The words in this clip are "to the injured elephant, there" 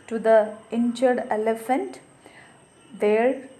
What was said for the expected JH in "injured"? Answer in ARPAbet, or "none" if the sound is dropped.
CH